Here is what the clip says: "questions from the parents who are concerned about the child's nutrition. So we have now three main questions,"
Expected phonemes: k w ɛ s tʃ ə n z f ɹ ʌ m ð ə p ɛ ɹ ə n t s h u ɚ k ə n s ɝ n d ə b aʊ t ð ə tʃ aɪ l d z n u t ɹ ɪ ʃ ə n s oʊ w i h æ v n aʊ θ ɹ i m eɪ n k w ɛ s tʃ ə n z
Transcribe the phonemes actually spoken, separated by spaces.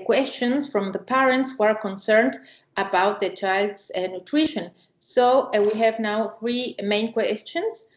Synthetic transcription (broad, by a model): k w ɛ s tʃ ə n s f ɹ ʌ m ð ə p ɛ ɹ ə n t s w ɚ k ə n s ɝ n d ə b aʊ t ð ə tʃ aɪ l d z n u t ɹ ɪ ʃ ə n s oʊ w i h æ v n aʊ θ ɹ i m eɪ n k w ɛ s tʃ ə n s